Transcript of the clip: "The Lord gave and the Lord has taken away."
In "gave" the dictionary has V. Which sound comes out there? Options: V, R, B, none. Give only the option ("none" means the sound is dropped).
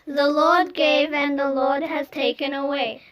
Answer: V